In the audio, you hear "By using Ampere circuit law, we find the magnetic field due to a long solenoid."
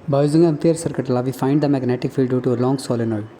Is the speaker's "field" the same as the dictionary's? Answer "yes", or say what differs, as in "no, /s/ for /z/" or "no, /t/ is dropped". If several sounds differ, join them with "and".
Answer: yes